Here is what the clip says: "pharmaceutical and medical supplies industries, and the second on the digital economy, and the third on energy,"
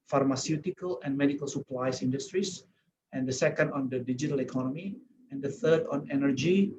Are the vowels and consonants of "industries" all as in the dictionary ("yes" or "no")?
no